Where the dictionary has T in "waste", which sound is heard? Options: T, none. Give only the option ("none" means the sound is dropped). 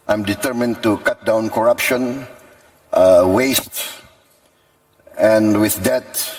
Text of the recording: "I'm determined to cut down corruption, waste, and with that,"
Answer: T